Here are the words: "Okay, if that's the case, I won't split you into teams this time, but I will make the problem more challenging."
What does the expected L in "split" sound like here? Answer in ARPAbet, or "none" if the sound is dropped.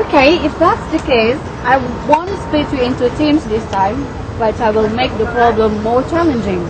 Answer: none